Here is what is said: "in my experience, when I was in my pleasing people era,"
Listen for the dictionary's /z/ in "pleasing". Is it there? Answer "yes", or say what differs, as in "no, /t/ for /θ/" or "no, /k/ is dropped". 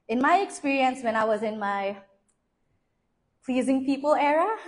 yes